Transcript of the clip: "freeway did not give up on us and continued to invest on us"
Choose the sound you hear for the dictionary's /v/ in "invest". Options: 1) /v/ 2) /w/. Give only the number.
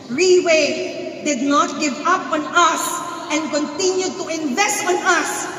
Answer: 1